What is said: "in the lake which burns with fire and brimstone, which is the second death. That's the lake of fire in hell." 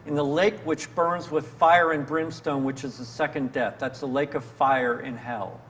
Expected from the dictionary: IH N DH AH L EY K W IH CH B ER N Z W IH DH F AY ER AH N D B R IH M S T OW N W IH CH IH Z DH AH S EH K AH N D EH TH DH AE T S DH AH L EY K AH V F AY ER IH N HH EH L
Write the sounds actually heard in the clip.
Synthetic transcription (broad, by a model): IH N DH AH L EY K W IH CH B ER N Z W IH DH F AY ER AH N B R IH M S T OW N W IH CH IH Z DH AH S EH K AH N D EH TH DH AE T S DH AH L EY K AH V F AY ER IH N HH EH L